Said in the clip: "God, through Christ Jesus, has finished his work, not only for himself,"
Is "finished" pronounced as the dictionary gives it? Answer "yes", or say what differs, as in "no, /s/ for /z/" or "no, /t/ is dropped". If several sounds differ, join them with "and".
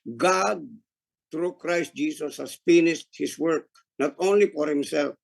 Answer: no, /s/ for /ʃ/